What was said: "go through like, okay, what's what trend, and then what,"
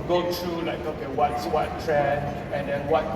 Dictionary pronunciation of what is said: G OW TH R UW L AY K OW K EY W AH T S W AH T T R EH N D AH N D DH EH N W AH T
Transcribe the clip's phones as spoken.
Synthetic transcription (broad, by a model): G OW T R UW L AY K OW K EY W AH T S W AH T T R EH N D AH N D EH N W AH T